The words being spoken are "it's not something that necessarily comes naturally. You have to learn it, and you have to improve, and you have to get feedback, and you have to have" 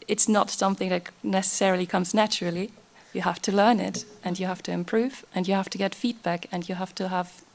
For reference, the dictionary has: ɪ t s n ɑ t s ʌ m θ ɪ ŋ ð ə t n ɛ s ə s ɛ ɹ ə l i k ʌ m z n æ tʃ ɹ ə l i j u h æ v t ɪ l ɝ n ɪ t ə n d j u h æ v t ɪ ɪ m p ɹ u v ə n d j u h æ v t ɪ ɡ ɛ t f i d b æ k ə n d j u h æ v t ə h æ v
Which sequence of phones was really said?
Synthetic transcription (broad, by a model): ɪ t s n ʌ t s ʌ m θ ɪ ŋ ð ə t n ɛ s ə s ɛ ɹ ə l i k ʌ m z n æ tʃ ɹ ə l i j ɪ h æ f t ɪ l ɝ n ɪ t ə n j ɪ h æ f t ɪ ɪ m p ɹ u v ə n j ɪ h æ f t ɪ ɡ ɛ t f i d b æ k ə n j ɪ h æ f t ə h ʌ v